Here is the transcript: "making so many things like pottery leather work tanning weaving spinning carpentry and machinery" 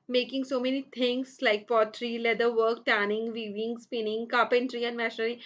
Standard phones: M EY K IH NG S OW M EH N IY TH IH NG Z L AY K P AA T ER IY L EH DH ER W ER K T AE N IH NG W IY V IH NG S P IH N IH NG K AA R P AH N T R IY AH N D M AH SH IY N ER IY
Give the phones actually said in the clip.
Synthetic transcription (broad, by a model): M EY K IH NG S OW M EH N IY T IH NG S L AY K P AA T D IY L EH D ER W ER K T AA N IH NG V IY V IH NG S P IH N IH NG K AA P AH N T R IY AH N D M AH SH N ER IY